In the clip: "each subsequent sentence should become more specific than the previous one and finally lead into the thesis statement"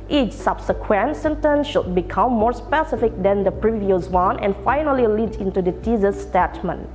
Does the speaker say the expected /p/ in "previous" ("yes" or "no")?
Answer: yes